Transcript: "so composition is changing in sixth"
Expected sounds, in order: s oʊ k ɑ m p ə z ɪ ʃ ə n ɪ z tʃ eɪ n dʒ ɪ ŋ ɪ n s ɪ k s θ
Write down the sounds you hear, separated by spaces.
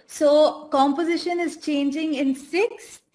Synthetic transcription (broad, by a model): s oʊ k ɑ m p ə z ɪ ʃ ə n ɪ z tʃ eɪ n dʒ ɪ ŋ ɪ n s ɪ k s